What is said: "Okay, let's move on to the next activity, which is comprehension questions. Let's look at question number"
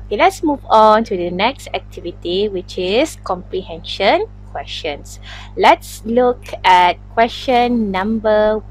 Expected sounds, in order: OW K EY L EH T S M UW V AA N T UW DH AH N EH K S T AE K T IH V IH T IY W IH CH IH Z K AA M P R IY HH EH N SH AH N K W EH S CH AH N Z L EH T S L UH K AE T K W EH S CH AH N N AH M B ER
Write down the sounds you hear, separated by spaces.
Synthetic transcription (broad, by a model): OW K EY L EH T S M UW V AA N T UW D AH N EH K S T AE K T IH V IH T IY W IH CH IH S K AA M P R IY HH EH N SH AH N K W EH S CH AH N S L EH T S L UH K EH T K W EH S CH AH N N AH M B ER